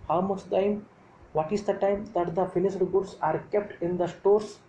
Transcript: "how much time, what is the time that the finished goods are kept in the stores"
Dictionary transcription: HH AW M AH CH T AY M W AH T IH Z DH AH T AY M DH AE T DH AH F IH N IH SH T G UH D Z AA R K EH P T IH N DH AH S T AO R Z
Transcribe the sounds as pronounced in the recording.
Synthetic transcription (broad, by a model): HH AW M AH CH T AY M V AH T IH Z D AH T AY M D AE T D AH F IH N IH S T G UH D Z AA R K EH P T IH N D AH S T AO R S